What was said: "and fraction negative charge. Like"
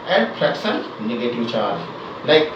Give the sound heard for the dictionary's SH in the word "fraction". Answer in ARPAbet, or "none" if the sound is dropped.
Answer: S